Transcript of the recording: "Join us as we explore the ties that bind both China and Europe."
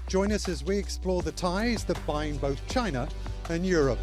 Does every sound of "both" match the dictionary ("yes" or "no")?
yes